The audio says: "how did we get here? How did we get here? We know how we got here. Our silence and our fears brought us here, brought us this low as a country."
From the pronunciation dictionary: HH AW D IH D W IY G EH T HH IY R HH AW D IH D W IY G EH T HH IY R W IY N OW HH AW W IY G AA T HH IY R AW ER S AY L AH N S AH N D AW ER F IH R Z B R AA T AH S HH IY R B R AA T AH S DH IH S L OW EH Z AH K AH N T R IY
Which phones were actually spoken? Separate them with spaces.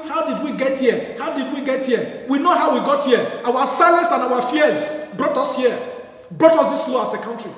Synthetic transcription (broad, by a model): HH AW D IH D W IY G EH T HH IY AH HH AW D IH D W IY G EH T HH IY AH W IY N OW HH AW W IY G AA T HH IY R AW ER S AY L AH N S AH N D AW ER F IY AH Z B R AA T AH S HH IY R B R AA T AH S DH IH S L OW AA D AH K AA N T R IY